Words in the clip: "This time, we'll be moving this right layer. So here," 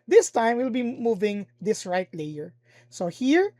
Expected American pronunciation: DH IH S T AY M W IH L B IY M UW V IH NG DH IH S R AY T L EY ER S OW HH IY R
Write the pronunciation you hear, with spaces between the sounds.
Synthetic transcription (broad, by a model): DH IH S T AY M W IH L B IY M UW V IH NG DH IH S R AY T L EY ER S OW HH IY R